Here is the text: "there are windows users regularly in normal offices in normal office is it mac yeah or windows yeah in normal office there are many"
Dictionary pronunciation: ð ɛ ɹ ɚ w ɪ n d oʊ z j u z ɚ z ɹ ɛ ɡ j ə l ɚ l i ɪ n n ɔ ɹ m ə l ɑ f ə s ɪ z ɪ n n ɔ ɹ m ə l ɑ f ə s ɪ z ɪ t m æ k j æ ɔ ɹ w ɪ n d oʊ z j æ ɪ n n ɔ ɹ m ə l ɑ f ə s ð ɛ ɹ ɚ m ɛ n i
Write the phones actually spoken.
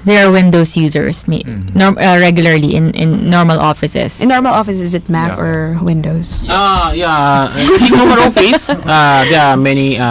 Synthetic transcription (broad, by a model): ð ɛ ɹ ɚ w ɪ n d oʊ s j u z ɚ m ɹ ɛ ɡ j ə l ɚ l i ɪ n n ɔ ɹ m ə l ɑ f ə s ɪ s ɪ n n ɔ ɹ m ə l ɑ f ə s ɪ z ɪ t m æ k ɔ ɹ w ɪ n d oʊ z j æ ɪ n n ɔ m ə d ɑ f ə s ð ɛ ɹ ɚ m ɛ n i